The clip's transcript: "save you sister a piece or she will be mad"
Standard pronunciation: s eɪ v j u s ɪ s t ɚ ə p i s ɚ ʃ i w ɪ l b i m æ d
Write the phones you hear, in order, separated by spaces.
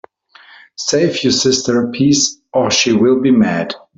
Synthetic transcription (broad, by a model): s eɪ f j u s ɪ s t ɚ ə p i s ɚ ʃ i w ɪ l b i m æ d